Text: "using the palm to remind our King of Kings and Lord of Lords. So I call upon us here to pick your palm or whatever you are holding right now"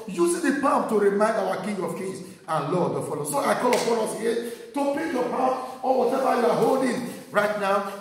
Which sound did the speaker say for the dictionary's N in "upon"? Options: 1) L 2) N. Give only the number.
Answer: 1